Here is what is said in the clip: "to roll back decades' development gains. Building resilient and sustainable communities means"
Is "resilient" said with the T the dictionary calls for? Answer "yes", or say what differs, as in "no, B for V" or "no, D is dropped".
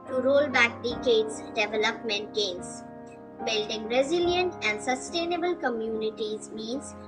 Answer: yes